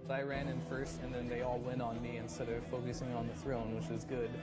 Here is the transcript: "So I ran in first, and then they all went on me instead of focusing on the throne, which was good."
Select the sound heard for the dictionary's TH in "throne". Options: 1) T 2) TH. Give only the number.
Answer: 2